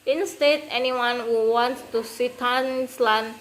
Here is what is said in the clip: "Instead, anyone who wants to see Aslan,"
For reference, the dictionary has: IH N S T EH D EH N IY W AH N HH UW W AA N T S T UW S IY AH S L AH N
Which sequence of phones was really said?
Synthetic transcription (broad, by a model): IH N S T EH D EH N IY W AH N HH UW W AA N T T UW S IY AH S L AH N